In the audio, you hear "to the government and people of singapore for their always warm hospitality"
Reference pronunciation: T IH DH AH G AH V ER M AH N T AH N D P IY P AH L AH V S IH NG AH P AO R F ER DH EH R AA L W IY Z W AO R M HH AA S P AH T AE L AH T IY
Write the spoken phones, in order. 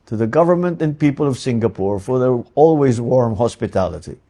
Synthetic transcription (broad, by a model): T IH DH AH G AH V ER M AH N T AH N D P IY P AH L AH V S IH NG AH P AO R F ER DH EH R AA L W IY Z W AO R M HH AA S P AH T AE L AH T IY